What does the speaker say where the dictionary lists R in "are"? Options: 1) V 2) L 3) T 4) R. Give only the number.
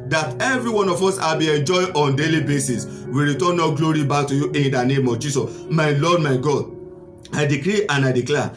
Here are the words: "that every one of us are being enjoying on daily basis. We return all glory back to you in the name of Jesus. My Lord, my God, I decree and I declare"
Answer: 2